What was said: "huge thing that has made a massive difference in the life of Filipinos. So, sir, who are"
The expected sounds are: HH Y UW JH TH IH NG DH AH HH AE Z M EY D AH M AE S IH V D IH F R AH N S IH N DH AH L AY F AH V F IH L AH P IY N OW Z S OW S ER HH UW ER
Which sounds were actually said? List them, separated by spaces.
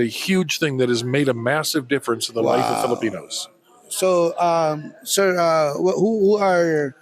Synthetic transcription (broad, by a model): HH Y UW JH TH IH NG DH AH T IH Z M EY D AH M AE S IH V D IH F R AH N S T DH AH L AY F AH V F IH L AH P IY N OW Z S OW S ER HH UW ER